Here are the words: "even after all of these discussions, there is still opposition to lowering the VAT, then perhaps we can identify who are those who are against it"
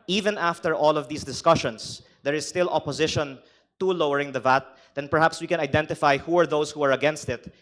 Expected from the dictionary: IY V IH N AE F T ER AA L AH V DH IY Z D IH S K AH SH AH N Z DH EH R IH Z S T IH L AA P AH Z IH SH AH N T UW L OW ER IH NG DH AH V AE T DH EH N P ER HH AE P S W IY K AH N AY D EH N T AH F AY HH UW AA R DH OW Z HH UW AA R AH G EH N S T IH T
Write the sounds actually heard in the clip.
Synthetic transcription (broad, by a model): IY V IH N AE F T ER AA L AH V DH IY S D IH S K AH SH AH N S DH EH R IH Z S T IH L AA P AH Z IH SH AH N T UW L OW ER IH NG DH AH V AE T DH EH N P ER HH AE P S W IY K AH N AY D EH N T AH F AY HH UW AA R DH OW S HH UW AA R AH G EH N S T IH T